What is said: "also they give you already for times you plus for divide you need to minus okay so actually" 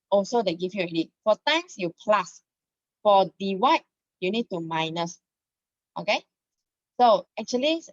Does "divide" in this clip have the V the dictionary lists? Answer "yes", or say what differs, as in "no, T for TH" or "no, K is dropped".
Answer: no, W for V